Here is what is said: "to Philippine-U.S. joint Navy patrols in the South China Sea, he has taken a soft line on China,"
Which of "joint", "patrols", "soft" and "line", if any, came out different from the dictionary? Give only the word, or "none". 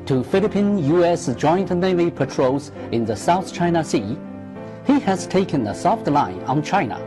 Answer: patrols